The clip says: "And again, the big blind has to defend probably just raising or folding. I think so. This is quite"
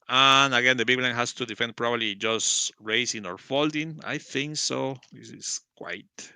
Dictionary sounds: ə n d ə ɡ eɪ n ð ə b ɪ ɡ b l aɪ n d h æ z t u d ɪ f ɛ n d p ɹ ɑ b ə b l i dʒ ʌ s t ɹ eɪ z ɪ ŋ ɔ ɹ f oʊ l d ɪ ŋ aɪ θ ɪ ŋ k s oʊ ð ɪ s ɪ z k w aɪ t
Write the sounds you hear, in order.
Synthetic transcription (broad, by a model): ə n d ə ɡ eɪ n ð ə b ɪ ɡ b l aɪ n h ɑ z t u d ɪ f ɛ n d p ɹ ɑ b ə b l i dʒ ʌ s t ɹ eɪ s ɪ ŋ ɔ ɹ f oʊ l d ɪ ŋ aɪ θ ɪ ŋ k s oʊ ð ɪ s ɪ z k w aɪ t